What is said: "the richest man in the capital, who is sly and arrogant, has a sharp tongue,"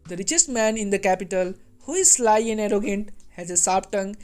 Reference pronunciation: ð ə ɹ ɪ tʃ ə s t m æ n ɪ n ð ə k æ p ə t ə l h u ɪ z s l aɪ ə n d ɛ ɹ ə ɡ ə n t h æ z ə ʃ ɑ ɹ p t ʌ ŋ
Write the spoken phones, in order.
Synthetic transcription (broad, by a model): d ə ɹ ɪ tʃ ə s t m æ n ɪ n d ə k æ p ə t ə l h u ɪ z s l aɪ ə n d ɛ ɹ ə ɡ ə n t h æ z ə s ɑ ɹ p t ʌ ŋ